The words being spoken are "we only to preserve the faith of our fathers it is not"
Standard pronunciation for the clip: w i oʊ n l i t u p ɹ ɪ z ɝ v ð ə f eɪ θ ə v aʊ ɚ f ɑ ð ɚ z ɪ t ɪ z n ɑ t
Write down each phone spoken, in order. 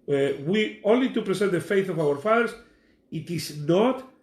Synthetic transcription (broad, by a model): w i oʊ n l i t u p ɹ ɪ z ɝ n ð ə f eɪ θ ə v aʊ ɚ f ɑ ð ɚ s ɪ t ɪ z n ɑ t